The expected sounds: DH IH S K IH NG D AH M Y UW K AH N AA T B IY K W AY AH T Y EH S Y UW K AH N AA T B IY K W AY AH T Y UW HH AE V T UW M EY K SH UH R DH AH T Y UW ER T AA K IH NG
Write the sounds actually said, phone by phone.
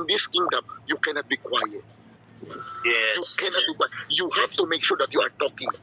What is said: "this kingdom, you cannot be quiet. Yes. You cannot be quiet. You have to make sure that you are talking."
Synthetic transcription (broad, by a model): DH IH S K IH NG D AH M Y UW K AH N AA T B IY K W AY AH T Y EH Y UW K AH N AA T B IY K W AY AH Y Y UW HH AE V T UW M EY K SH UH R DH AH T Y UW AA T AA K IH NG